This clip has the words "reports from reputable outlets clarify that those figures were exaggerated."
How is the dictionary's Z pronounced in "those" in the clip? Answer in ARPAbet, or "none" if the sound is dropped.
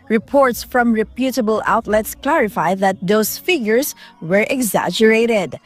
S